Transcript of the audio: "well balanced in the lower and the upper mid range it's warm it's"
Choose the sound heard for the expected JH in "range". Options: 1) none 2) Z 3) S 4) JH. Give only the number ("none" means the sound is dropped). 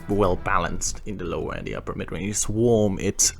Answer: 1